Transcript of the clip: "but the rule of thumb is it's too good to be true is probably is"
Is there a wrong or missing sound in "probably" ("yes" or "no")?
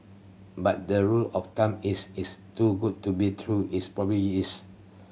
yes